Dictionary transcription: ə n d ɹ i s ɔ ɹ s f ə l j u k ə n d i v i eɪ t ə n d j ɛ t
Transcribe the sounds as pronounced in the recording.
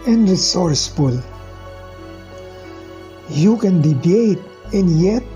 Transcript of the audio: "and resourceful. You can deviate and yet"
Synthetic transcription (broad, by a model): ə n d ɹ i s ɔ ɹ s f ə l j u k ə n d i b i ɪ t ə n j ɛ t